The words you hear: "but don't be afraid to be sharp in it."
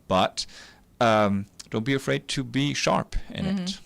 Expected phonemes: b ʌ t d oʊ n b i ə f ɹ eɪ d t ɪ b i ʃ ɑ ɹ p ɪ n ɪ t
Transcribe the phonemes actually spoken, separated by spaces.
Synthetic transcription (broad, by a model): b ʌ t d oʊ n b i ə f ɹ eɪ d t ɪ b i ʃ ɑ ɹ p ɪ n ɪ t